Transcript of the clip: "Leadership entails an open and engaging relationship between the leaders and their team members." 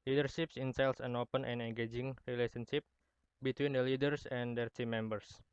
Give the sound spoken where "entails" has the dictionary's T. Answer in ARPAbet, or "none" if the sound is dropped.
S